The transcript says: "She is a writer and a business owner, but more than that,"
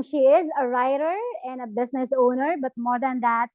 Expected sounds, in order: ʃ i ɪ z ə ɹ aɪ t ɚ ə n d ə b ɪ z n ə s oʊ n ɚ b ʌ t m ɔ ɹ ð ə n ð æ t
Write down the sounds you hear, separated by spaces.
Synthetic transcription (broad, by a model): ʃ i ɪ z ə ɹ aɪ t ɚ ə n d ə b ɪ s n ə s oʊ n ɚ b ʌ t m ɔ ɹ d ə n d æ t